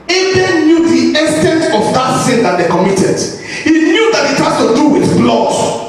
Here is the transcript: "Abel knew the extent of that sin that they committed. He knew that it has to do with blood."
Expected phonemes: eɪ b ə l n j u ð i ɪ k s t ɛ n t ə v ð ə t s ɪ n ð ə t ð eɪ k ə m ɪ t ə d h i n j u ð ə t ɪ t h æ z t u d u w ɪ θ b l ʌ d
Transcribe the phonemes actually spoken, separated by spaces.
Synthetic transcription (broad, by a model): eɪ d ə n j u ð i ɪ s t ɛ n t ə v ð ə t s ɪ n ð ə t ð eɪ k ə m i t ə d h i n j u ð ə t ɪ t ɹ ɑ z t u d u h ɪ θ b l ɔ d